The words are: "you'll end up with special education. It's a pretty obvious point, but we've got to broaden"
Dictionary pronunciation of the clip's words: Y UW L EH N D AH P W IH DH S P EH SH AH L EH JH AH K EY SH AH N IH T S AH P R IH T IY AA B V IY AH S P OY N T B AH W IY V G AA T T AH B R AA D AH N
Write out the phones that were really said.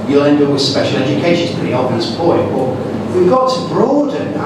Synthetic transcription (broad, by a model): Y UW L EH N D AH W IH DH S P EH SH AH L EH JH AH K EY SH AH N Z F AH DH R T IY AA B IY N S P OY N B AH W IY V G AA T T AH B R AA D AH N